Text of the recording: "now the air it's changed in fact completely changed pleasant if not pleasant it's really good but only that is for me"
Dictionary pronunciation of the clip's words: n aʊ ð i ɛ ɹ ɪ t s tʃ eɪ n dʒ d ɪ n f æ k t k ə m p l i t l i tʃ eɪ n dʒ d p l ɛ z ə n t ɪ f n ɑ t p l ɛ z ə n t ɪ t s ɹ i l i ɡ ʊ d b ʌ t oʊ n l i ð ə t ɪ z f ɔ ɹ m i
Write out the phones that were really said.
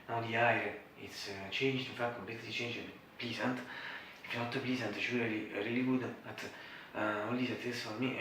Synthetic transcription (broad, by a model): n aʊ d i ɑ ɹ ɪ t s tʃ eɪ n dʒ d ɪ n f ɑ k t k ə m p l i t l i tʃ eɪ n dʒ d p l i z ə n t ɪ f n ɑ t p l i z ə n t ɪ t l ɹ i l i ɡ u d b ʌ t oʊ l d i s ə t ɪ s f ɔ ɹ m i